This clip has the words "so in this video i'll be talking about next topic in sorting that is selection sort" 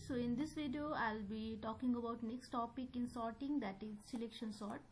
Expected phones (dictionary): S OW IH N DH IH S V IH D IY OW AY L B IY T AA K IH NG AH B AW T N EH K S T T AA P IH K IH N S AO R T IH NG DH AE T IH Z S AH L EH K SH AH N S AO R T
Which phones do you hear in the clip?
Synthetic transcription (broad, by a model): S OW IH N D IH S V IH D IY OW AY L B IY T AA K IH NG AH B AW T N EH K S T T AA P IH K IH N S AO R T IH NG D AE T IH Z S AH L EH K SH AH N S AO R T